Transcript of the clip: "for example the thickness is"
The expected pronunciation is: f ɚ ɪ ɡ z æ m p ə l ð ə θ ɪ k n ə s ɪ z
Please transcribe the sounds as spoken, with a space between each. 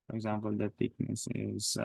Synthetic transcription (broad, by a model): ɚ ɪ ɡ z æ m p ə l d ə t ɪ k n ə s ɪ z